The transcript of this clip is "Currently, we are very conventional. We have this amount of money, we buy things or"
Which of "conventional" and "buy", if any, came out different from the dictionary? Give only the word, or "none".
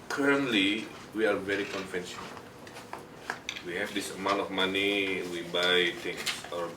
conventional